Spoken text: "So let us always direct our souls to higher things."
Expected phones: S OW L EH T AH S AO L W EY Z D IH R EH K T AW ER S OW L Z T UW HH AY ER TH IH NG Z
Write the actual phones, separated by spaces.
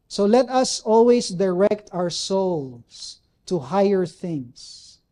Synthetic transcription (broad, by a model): S OW L EH T AH S AO L W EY S D IH R EH K T AW ER S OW L S T UW HH AY ER TH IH NG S